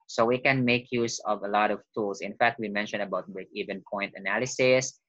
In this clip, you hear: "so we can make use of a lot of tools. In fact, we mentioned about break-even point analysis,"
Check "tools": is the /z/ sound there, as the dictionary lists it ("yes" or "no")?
no